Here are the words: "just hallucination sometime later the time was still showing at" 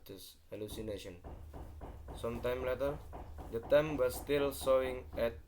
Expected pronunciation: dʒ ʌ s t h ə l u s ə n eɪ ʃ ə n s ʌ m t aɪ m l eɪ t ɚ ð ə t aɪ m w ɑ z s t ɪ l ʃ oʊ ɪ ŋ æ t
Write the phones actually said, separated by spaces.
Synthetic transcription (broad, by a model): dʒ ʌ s h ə l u s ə n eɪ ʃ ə n s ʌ m t aɪ m l eɪ t ɚ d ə t aɪ m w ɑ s t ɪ l s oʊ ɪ ŋ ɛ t